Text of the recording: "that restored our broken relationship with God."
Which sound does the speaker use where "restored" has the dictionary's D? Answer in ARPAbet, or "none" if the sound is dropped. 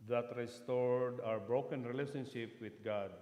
D